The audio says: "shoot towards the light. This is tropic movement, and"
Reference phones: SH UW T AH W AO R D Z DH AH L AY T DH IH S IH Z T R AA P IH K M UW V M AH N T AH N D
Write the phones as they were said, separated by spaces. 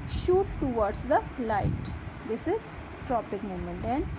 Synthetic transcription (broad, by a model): SH UW T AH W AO R D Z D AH L AY T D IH S IH Z T R AA P IH K M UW M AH N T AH N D